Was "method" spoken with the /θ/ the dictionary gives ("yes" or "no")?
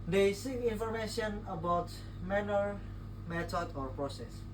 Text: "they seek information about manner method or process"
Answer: no